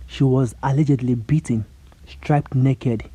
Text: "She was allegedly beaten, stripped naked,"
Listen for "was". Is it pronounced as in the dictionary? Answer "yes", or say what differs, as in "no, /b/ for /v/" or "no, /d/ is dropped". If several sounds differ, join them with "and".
yes